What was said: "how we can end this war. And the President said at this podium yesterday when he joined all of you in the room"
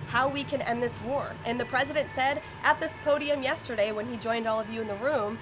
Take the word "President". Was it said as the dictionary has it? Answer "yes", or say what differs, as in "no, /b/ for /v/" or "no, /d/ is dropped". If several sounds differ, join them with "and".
yes